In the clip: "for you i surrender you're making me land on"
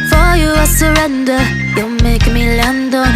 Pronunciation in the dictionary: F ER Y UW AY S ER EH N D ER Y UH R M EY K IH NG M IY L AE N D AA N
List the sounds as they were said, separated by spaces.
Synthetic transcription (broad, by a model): F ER Y UW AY S ER EH N D ER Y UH L M EY IH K M IY L AE N D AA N